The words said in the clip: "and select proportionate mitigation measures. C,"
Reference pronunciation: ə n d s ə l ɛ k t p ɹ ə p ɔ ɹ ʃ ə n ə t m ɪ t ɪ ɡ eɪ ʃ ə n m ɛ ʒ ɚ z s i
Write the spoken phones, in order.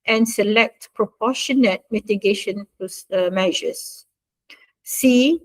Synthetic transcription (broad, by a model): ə n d s ə l ɛ k t p ɹ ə p ɔ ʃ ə n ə t m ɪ t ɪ ɡ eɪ ʃ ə n m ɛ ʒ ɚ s s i